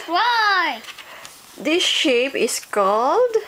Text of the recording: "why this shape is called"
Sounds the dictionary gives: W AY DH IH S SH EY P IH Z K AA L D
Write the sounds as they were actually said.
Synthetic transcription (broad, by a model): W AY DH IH S SH EY P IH S K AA L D